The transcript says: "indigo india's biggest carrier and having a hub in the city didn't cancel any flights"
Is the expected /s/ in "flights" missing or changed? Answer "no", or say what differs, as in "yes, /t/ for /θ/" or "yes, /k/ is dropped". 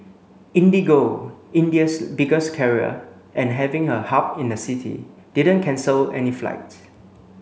yes, /s/ is dropped